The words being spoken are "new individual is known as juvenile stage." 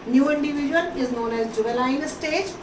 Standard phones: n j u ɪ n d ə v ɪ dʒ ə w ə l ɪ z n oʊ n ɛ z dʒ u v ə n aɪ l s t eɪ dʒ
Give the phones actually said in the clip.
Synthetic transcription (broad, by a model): n j u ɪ n d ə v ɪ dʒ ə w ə l ɪ z n oʊ n ɛ z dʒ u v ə l aɪ n s t eɪ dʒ